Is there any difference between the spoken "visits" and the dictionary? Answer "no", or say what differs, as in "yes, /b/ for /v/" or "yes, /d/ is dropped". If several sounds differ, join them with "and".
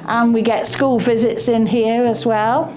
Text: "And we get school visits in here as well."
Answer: no